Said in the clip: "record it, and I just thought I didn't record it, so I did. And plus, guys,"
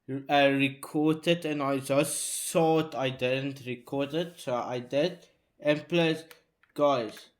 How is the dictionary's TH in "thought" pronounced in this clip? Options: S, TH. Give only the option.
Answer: S